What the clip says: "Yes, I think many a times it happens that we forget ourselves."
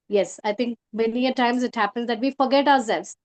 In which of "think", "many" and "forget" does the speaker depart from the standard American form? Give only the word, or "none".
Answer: think